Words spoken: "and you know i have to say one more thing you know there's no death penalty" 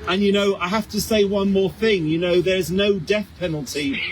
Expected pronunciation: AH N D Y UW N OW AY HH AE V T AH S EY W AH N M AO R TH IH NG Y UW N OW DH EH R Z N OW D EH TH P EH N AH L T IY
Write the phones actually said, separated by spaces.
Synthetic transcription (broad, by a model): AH N Y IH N OW AY HH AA F T AH S EY W AH N M AO R TH IH NG Y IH N OW DH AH R Z N OW D EH TH P EH N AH L T IY